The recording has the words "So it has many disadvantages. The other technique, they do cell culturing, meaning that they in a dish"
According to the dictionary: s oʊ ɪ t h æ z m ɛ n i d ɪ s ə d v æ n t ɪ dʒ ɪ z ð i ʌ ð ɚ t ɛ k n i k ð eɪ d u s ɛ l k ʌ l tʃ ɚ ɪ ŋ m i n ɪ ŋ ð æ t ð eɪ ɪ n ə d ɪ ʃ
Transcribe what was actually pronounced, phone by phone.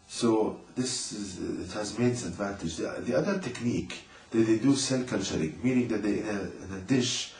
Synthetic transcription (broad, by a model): s oʊ ɪ t h æ z m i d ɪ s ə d v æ n t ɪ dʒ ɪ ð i ʌ ð ɚ t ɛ k n i k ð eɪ d u s ɛ l k ʌ l tʃ ɚ ɪ ŋ m i n ɪ ŋ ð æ t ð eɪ ɪ n ə d ɪ ʃ